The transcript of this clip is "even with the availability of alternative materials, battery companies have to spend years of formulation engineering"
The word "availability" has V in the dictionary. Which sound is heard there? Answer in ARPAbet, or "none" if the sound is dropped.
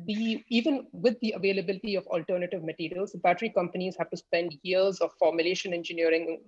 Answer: V